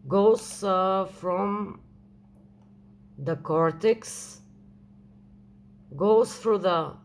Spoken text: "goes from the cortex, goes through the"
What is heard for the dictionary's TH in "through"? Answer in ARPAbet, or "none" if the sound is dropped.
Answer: F